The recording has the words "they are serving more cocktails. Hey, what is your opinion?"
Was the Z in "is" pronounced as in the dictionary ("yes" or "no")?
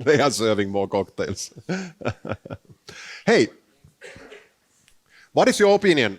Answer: no